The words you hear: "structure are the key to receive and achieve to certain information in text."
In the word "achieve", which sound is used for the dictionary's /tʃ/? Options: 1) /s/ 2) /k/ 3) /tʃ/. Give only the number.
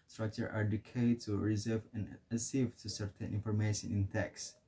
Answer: 1